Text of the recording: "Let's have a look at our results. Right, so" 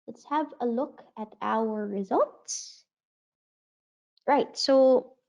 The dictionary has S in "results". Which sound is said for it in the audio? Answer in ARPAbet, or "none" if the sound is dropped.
S